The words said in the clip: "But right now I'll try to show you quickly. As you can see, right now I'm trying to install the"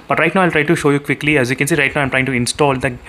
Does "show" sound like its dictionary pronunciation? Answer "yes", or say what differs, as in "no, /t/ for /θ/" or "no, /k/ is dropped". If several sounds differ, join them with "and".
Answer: yes